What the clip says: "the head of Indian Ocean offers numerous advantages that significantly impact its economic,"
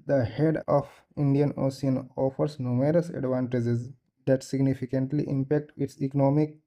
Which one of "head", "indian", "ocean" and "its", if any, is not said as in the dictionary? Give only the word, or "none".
ocean